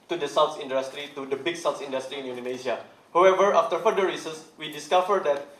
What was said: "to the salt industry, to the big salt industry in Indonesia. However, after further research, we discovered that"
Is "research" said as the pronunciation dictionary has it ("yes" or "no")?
no